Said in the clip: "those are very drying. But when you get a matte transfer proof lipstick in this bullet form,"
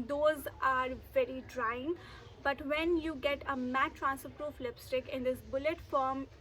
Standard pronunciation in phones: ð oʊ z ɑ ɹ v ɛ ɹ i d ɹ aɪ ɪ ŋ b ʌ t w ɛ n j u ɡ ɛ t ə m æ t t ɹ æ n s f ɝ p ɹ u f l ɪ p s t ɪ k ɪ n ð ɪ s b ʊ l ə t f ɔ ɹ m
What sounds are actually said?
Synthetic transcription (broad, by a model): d oʊ z ɑ ɹ v ɛ ɹ i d ɹ aɪ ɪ ŋ b ʌ t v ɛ n j u ɡ ɛ t ə m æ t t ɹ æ n s ɝ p ɹ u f l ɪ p s t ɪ k ɪ n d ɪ s b ʊ l ə t f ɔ ɹ m